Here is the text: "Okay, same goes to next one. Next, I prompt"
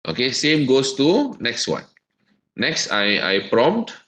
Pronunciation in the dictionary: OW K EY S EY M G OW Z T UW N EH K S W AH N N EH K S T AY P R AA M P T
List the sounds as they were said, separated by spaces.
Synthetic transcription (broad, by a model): OW K EY S EY M G OW S T UW N EH K S W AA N N EH K S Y AY P R AA M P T